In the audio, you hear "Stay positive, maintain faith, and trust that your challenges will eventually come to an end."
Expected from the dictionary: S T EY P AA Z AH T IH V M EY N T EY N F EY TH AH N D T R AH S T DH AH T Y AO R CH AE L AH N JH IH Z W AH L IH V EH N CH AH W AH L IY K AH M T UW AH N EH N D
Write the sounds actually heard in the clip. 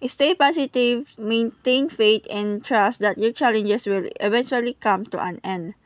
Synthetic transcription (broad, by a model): S T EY P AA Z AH T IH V M EY N T EY N F EY T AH N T R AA S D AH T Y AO CH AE L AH N JH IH S W AH L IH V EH N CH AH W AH L IY K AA M T UW AH N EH N D